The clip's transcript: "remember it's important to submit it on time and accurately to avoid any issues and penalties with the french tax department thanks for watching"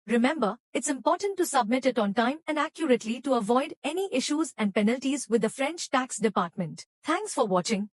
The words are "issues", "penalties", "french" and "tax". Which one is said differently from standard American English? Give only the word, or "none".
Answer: none